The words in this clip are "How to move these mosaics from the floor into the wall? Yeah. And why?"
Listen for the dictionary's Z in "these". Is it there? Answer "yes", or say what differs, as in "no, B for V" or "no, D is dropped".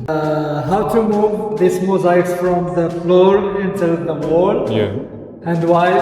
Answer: no, S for Z